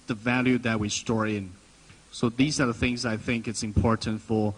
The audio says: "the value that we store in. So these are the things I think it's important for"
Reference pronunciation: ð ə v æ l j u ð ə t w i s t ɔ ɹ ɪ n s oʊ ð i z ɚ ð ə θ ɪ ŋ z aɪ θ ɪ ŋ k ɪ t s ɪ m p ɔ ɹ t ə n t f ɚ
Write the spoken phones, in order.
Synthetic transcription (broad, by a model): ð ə v æ l j u ð ə t w i s t ɔ ɹ ɪ n s oʊ ð i z ɚ ð ə θ ɪ ŋ z aɪ θ ɪ ŋ k ɪ t s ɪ m p ɔ ɹ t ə n t f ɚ